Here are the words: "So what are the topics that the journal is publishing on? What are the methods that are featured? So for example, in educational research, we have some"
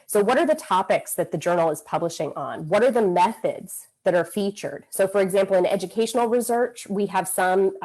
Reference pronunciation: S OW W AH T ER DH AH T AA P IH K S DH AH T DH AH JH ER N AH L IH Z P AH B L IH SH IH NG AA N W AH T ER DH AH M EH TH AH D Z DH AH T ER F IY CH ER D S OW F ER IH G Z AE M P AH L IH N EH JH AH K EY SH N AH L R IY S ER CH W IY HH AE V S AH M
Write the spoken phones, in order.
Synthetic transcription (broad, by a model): S OW W AH T ER DH AH T AA P IH K S DH AH T DH AH JH ER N L IH Z P AH B L IH SH IH NG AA N W AH T ER DH AH M EH TH AH D Z DH AH T ER F IY CH ER D S OW F ER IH G Z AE M P L IH N EH JH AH K EY SH N L R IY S ER CH W IY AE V S AH M